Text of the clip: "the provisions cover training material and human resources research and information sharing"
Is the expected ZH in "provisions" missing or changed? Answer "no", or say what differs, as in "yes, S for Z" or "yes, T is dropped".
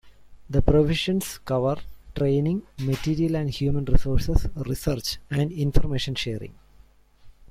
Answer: yes, SH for ZH